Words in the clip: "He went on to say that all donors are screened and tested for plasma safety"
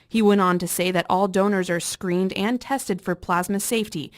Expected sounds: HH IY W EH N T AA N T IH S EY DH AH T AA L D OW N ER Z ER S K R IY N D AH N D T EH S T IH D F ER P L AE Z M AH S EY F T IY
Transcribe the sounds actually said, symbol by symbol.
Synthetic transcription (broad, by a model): HH IY W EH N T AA N T IH S EY DH AH T AA L D OW N ER Z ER S K R IY N D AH N T EH S T IH D F ER P L AE Z M AH S EY F T IY